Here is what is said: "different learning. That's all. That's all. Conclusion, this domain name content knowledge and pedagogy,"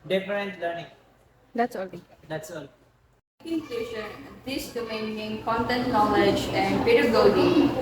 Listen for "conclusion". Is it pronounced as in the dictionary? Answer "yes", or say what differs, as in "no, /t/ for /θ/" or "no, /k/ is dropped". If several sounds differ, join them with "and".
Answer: no, /l/ is dropped and /ʃ/ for /ʒ/